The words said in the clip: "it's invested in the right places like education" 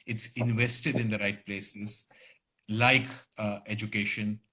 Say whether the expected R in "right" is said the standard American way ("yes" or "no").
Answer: yes